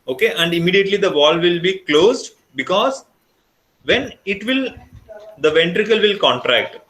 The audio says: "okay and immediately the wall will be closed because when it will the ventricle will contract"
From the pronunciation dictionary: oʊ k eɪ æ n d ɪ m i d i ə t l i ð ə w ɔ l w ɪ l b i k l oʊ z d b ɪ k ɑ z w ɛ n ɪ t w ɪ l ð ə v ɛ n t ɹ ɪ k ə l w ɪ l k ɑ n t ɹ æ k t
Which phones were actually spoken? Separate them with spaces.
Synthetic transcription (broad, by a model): oʊ k eɪ æ n d ɪ m i d i ə t l i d ə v ɔ l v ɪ l b i k l oʊ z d b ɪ k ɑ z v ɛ n ɪ t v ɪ l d ə v ɛ n t ɹ ɪ k ə l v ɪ l k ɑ n t ɹ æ k t